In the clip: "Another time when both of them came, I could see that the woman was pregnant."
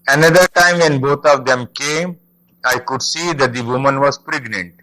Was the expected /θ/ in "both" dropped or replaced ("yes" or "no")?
yes